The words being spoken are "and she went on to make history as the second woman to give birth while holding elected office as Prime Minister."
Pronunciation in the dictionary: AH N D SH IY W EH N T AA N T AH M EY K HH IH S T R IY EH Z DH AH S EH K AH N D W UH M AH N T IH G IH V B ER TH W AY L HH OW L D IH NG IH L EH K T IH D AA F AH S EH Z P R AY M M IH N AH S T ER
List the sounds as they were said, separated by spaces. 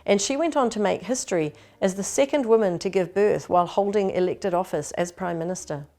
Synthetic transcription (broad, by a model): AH N SH IY W EH N T N T AH M EY K HH IH S T R IY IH Z DH AH S EH K AH N D W UH M AH N T IH G IH V B ER TH W AY L HH OW L D IH NG IH L EH K T IH D AA F AH S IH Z P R AY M M IH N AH S T ER